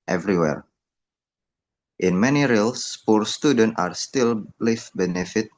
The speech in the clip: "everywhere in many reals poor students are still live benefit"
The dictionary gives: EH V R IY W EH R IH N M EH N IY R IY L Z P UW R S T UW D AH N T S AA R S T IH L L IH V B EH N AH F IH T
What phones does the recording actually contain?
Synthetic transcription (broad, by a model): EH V R IY W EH R IH N M EH N IY R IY L S P UW R S T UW D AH N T AA R S T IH L L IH F B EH N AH F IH T